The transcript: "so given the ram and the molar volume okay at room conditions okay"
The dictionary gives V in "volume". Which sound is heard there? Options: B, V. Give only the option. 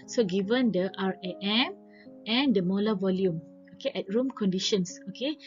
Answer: V